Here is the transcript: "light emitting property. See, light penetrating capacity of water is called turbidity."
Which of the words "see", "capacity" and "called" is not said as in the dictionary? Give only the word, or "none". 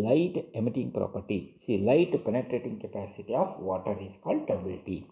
none